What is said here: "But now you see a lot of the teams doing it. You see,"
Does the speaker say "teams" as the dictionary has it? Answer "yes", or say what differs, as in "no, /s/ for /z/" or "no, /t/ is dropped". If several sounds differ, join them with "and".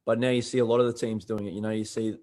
yes